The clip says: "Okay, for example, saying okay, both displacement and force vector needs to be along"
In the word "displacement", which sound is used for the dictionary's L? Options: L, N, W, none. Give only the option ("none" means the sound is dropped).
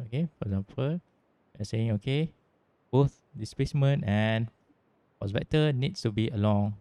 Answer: none